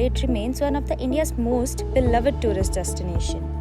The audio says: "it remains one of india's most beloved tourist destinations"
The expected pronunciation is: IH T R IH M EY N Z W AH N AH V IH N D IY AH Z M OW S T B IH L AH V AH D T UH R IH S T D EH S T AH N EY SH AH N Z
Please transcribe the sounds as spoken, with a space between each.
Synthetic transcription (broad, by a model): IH T R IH M EY N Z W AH N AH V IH N D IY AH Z M OW S T B IH L AH V AH D T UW R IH S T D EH S T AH N EY SH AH N